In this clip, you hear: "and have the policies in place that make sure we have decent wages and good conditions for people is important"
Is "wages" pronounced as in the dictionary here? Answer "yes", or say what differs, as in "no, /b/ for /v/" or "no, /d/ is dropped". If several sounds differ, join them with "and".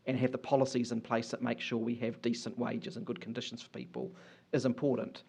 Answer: yes